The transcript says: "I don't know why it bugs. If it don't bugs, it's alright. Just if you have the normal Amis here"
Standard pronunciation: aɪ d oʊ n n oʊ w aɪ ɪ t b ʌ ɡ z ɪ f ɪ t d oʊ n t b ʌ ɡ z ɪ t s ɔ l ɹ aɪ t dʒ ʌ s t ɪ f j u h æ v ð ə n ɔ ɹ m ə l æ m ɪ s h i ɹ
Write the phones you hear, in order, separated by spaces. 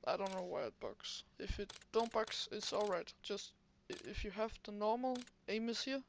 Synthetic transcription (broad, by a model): aɪ d oʊ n n oʊ w aɪ ɪ t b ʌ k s ɪ f ɪ t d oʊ n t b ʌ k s ɪ t s ɔ l ɹ aɪ t dʒ ʌ s t ɪ f j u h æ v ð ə n ɔ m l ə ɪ m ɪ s h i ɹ